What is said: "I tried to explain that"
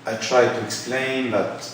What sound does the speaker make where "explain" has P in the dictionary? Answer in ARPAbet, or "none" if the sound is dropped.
P